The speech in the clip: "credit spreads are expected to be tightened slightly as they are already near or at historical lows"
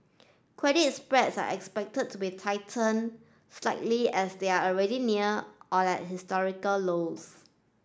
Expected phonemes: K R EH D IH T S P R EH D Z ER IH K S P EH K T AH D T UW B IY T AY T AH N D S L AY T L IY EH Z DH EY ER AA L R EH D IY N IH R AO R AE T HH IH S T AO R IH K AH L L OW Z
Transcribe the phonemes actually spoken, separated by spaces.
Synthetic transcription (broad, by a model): K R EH D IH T S P R EH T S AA IH K S P EH K T AH D T UW B IY T AY T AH N S L AY T L IY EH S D EY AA AA L R EH D IY N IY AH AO L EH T HH IH S T AO R IH K AH L L OW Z